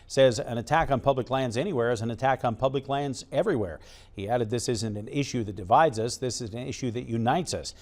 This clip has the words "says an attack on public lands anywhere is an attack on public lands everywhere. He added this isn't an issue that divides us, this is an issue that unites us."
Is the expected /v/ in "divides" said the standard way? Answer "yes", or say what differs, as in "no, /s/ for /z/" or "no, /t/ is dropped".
yes